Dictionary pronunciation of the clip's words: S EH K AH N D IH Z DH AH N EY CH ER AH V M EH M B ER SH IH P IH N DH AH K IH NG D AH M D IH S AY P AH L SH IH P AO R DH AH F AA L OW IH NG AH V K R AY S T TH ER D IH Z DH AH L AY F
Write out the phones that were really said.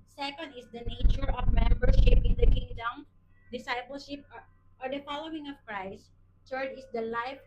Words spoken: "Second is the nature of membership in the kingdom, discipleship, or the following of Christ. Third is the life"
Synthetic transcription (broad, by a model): S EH K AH N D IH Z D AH N EY CH ER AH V M EH M B ER SH IH P IH N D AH K IH NG D AH M D IH S AY P AH L SH IH P AO R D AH F AA L OW IH NG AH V K R AY S T T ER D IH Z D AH L AY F